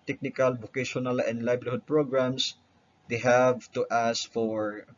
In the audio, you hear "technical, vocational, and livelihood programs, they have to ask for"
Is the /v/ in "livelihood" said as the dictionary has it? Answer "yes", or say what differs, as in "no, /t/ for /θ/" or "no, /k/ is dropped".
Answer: no, /b/ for /v/